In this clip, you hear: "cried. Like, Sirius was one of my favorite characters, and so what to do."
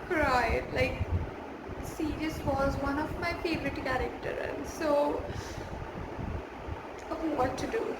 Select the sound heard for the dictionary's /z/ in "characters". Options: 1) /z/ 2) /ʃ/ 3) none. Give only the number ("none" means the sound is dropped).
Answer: 3